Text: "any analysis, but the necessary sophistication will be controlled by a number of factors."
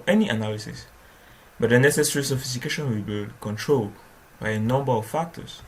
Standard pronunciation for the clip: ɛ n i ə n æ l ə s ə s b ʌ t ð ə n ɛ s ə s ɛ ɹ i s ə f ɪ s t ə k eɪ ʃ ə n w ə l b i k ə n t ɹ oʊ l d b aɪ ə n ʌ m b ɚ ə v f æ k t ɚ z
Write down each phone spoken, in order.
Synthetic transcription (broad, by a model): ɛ n i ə n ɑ l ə s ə s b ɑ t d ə n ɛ s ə s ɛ ɹ i s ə f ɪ s t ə k eɪ ʃ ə n w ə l b i k ə n t ɹ oʊ l d b aɪ ə n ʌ m b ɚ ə f f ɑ k t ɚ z